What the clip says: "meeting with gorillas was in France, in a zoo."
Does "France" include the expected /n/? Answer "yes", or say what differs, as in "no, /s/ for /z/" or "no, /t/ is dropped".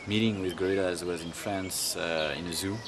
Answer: yes